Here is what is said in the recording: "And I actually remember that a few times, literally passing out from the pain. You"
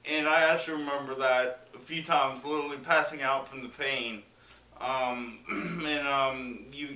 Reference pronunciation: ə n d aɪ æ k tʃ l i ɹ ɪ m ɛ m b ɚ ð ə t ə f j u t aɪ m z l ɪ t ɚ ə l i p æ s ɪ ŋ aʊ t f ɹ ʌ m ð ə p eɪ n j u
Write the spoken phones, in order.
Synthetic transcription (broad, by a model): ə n aɪ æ tʃ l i ɹ ɪ m ɛ m b ɚ ð ə t ə f j u t aɪ m z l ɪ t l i p æ s ɪ ŋ aʊ t f ɹ ʌ m ð ə p eɪ n j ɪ